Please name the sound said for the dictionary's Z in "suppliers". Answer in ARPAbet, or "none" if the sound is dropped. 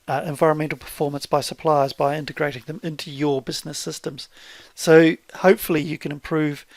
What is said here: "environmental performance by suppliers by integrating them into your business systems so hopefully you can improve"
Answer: Z